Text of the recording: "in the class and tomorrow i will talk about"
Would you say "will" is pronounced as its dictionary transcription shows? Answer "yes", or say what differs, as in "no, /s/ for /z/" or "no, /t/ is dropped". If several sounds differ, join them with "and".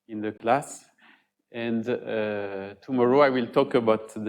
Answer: yes